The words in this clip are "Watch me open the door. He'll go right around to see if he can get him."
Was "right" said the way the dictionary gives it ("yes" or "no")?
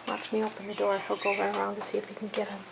no